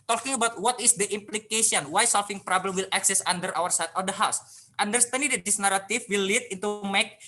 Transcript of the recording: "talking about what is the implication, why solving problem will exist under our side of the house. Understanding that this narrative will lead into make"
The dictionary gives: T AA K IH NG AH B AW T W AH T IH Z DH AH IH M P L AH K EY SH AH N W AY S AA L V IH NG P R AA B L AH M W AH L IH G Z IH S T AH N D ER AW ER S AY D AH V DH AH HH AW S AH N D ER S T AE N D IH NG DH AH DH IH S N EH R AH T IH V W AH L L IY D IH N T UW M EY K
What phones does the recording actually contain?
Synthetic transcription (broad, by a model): T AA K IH NG AH B AW T W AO T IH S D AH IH M P L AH K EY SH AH N W AY S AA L F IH NG P R AA B L AH M W AH L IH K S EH S AA N D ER AW ER S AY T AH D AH HH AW S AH N D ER S T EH N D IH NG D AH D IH S N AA R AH T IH F W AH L L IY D IH N T UW M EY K